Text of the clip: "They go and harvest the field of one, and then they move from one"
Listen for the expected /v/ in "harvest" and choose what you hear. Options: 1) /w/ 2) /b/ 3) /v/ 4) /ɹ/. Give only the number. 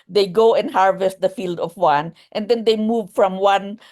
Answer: 3